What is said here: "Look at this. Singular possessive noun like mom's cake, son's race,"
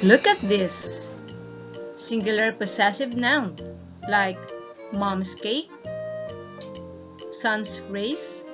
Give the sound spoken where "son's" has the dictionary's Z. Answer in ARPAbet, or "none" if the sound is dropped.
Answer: S